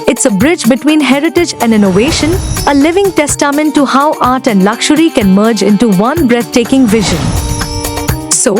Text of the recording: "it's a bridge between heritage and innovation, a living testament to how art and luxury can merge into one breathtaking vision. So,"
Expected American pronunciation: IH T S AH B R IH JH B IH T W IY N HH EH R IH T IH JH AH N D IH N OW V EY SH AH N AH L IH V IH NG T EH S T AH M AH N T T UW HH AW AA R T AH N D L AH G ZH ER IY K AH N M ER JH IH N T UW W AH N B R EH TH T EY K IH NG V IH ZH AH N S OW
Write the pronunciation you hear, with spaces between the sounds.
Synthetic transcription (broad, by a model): IH T S AH B R IH JH B IH T W IY N HH EH R IH T IH JH AH N D IH N OW V EY SH AH N AH L IH V IH NG T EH S T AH M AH N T T UW HH AW AA R T AH N D L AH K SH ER IY K AH N M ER JH IH N T UW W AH N B R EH T T EY K IH NG V IH ZH AH N S OW